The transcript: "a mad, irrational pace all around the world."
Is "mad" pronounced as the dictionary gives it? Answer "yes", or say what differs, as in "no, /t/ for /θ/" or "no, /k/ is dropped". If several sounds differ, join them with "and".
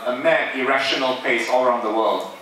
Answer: no, /d/ is dropped